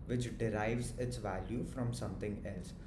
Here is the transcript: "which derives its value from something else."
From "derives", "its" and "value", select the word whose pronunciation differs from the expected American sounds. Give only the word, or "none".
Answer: none